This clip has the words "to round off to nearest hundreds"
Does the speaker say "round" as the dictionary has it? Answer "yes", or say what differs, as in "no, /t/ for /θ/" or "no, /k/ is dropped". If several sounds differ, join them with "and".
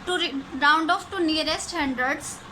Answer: yes